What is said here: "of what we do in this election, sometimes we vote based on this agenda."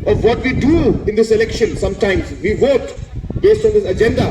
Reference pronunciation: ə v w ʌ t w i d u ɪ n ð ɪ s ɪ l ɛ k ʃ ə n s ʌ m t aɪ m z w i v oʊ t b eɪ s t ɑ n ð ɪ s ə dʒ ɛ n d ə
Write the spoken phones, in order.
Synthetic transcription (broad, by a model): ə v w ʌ t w i d u ɪ n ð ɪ s ɪ l ɛ k ʃ ə n s ʌ m t aɪ m z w i v oʊ t b eɪ s t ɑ n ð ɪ s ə dʒ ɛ n d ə